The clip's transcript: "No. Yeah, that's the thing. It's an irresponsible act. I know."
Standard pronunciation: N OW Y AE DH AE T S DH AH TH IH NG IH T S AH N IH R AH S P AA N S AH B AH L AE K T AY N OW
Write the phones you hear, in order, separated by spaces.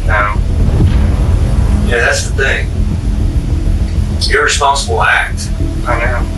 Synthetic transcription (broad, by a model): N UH Y AE DH AE T S DH AH TH IH NG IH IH R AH S P AA N S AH B L AE K T AY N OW